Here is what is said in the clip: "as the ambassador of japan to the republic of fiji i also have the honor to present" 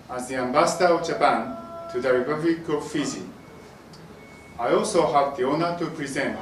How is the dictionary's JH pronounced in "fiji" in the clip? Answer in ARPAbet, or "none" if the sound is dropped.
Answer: Z